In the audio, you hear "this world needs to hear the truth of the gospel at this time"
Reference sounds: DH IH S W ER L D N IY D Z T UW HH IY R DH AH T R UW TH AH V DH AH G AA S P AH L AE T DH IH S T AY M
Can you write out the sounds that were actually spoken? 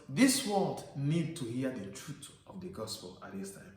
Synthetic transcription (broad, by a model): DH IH S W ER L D N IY D T UW HH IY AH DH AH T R UW T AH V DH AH G AA S P AH L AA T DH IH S T AY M